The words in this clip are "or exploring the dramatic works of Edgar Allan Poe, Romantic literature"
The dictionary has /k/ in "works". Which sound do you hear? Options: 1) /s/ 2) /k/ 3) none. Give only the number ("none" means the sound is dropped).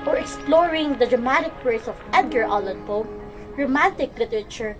3